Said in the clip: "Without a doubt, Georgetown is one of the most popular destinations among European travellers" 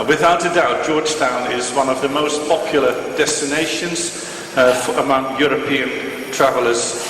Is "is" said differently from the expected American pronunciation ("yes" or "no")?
no